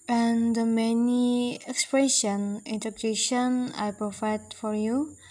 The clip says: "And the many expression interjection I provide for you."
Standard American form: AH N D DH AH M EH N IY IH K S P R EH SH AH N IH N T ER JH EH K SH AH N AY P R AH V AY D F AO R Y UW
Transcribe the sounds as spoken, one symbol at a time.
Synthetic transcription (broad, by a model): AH N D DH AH M EH N IY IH K S P R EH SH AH N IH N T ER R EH SH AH N AY P R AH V AY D F AO R Y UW